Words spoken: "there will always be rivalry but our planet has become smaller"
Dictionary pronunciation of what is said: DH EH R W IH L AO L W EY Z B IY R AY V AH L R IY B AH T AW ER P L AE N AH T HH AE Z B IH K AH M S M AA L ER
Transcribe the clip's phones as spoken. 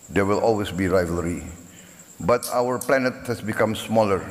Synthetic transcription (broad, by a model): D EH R W IH L AO L W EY S B IY R AY V AH L R IY B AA T AW ER P L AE N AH T HH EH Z B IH K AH M S M AA L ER